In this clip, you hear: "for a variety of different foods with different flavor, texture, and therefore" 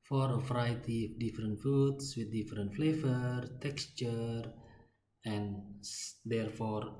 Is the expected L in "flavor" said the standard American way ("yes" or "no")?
yes